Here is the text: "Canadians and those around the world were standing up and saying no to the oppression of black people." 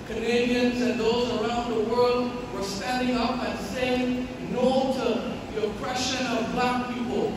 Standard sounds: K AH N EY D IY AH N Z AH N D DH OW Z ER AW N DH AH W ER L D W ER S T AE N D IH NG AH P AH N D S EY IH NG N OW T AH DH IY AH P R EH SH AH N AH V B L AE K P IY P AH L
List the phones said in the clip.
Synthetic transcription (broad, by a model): K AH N EY D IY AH N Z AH N DH OW Z ER AW N DH AH W ER L D W ER S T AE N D IH NG AH P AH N S EY IH NG N OW T AH DH IY AH P R EH SH AH N AH V B L AE K P IY P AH L